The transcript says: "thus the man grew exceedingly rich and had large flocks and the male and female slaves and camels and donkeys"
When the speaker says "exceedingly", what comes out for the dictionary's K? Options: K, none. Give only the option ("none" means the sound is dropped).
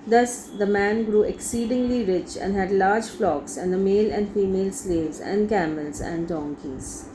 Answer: K